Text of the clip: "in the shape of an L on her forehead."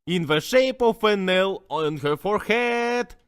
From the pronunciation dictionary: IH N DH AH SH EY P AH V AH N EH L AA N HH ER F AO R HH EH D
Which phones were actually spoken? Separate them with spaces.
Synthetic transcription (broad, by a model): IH N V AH SH EY P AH F AH N EH L AA N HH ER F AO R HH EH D